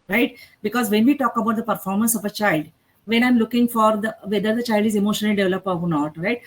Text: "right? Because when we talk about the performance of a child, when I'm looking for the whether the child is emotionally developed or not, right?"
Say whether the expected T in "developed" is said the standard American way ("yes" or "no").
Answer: no